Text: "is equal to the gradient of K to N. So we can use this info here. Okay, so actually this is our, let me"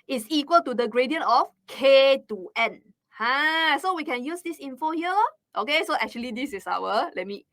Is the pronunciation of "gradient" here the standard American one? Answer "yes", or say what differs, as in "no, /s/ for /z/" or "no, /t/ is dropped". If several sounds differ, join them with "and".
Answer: no, /t/ is dropped